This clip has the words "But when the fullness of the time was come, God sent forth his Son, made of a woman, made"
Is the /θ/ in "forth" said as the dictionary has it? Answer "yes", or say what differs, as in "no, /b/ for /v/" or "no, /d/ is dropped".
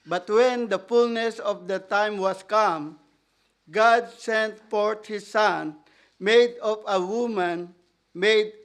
no, /t/ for /θ/